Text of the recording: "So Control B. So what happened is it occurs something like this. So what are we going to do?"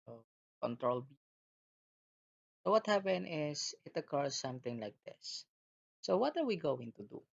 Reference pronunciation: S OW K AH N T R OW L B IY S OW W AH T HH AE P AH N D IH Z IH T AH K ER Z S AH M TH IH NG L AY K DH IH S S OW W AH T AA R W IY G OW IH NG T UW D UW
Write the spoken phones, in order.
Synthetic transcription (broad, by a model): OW K AH N T R OW L B IY S OW W AH T HH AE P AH N IH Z IH T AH K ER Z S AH M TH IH NG L AY K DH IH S S OW W AH T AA R W IY G OW IH NG T UW D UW